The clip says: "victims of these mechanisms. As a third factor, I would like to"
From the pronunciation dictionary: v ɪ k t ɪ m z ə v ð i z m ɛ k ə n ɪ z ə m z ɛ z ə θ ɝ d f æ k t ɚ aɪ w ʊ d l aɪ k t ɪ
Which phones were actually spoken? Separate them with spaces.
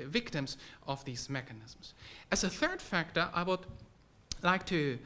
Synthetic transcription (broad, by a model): v ɪ k t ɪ m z ə v ð i z m ɛ k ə n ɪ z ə m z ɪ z ə θ ɝ d f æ k t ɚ aɪ w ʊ d l aɪ k t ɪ